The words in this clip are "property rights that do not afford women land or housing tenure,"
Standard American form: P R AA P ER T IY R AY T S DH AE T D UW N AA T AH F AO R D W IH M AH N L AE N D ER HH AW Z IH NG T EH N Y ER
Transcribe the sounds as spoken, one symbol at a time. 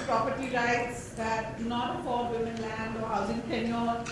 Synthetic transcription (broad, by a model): P R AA P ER T IY R AY T S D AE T D UW N AA T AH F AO L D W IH M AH N L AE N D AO HH AW Z IH NG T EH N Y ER